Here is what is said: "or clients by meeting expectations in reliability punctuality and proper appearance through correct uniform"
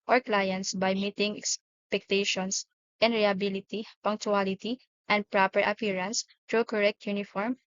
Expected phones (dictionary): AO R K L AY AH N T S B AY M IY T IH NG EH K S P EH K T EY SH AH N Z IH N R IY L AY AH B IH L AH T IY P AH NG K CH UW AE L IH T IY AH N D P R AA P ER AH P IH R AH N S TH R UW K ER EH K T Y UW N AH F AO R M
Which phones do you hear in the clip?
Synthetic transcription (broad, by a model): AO R K L AY AH N T S B AY M IY T IH NG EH K S P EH K T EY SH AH N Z IH N R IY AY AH B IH L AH T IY P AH NG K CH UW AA L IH T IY AH N D P R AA P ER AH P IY R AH N S T R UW K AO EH K T Y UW N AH F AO R M